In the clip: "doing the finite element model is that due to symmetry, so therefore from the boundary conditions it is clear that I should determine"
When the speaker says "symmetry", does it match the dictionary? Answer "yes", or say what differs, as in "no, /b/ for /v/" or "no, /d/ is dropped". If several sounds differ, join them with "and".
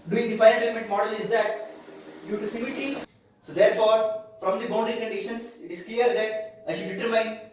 no, /ɹ/ is dropped